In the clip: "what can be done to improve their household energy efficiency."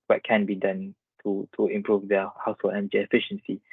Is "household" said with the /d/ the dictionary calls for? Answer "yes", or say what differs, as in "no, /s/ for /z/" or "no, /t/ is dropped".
no, /d/ is dropped